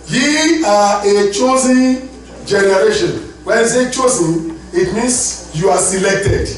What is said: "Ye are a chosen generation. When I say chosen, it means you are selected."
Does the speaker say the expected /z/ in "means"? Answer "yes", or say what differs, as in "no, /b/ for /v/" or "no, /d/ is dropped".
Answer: no, /s/ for /z/